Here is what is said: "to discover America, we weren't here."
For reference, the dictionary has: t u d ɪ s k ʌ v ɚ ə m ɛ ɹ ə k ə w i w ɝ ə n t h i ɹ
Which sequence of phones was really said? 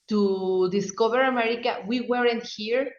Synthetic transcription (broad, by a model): t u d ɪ s k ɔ b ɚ ə m ɛ ɹ ə k ə w i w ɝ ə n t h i ɹ